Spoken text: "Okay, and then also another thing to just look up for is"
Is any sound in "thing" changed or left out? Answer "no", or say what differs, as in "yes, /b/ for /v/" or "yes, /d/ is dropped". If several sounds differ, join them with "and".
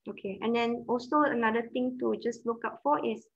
yes, /t/ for /θ/